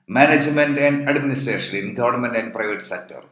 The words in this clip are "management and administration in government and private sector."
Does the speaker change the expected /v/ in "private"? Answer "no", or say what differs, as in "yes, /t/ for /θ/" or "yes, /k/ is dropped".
no